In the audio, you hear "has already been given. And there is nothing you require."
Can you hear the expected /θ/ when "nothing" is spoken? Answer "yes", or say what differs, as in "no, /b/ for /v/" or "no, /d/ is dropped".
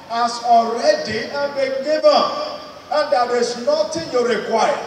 no, /t/ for /θ/